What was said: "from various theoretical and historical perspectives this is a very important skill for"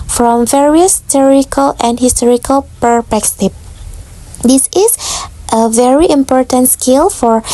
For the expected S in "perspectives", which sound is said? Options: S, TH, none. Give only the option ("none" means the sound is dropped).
none